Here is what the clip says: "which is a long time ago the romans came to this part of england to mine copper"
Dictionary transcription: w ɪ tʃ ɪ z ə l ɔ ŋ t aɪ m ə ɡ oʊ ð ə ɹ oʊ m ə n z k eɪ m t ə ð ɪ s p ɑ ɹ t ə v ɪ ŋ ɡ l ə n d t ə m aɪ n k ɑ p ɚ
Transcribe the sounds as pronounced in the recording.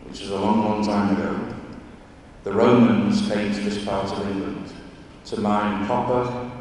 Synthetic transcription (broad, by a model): w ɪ tʃ ɪ z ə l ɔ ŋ t aɪ m ə ɡ oʊ ð ə ɹ oʊ m ə n z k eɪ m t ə ð ɪ s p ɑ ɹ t ə v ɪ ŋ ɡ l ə n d t ə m aɪ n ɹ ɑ p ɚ